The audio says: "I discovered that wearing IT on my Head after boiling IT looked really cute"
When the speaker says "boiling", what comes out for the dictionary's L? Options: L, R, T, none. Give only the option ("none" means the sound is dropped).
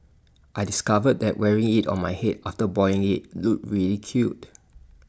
none